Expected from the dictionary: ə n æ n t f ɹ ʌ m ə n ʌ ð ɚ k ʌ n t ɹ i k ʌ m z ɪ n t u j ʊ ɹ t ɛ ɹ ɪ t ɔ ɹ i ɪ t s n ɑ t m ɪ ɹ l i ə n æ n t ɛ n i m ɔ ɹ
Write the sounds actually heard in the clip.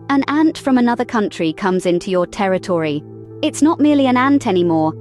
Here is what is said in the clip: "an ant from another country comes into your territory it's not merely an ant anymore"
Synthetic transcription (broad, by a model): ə n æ n t f ɹ ʌ m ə n ʌ ð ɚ k ʌ n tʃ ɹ i k ʌ m z ɪ n t u j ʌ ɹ t ɛ ɹ ɪ t ɔ ɹ i ɪ t s n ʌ t m ɪ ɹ l i ə n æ n t ɛ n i m ɔ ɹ